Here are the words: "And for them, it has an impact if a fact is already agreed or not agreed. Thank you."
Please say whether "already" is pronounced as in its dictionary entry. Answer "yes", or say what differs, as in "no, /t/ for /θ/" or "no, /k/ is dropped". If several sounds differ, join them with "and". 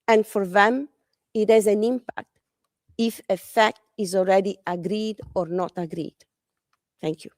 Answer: no, /l/ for /ɹ/